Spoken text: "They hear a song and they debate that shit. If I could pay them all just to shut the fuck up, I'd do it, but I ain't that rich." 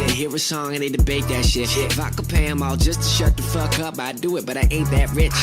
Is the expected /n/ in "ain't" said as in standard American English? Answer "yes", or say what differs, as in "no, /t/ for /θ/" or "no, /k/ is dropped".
no, /n/ is dropped